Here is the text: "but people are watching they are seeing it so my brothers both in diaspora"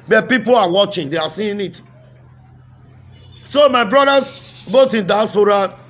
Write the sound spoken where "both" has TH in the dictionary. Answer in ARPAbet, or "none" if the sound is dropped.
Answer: T